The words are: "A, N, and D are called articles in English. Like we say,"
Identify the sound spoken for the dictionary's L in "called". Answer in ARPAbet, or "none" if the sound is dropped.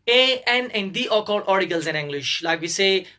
none